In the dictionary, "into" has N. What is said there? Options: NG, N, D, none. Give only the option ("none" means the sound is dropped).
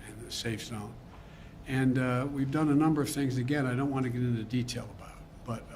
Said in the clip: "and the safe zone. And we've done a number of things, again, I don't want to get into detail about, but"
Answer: N